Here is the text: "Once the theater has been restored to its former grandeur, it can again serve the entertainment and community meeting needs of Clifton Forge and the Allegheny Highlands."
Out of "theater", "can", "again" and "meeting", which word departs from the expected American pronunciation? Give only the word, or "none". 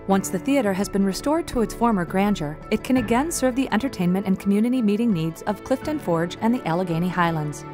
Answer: none